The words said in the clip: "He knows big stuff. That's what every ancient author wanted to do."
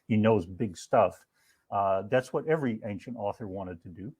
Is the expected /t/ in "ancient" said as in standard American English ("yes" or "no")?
yes